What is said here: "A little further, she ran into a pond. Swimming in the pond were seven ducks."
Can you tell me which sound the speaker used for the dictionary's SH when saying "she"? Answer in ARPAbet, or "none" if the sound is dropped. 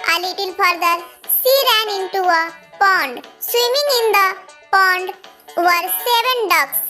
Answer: S